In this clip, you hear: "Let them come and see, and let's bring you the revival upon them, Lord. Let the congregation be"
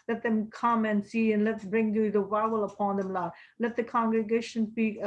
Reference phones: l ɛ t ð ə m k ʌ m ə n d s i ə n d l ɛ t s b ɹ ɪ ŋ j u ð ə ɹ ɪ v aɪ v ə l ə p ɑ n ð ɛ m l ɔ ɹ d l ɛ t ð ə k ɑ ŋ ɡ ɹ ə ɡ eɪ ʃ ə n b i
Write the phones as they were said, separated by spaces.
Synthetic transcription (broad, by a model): l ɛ t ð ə m k ʌ m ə n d s i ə n l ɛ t b ɹ ɪ ŋ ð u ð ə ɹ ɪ ɪ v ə l ə p ɑ n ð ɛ m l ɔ l ɛ t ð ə k ɑ ŋ ɡ ɹ ə ɡ eɪ ʃ ə n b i